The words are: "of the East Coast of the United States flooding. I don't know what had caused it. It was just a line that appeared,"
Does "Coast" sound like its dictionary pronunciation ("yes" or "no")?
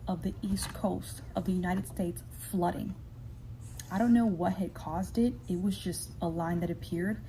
yes